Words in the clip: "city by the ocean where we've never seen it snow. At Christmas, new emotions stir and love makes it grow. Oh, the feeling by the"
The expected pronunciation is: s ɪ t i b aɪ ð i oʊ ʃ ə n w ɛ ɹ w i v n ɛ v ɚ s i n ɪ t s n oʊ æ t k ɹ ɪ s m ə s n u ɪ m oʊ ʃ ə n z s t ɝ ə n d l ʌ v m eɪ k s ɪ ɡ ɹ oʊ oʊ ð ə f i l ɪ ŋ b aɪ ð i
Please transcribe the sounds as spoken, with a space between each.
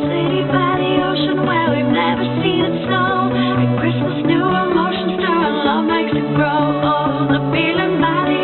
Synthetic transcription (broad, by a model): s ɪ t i b aɪ ð i oʊ ʃ ə n w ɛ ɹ w i v n ɛ v ɚ s i n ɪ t s oʊ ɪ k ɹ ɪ s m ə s n u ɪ m oʊ ʃ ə n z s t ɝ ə l ʌ v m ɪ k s ɪ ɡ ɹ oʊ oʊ ð ə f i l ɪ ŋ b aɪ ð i